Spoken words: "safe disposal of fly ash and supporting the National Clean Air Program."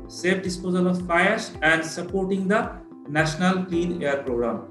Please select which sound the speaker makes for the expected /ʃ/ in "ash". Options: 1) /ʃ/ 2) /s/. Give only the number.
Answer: 2